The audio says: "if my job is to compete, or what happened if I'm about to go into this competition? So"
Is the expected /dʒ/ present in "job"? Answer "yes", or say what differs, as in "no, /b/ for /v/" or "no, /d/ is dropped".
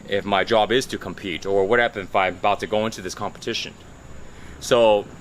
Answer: yes